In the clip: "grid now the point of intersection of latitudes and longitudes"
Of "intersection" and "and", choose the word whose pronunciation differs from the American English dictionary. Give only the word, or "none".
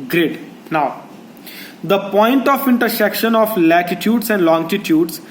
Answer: none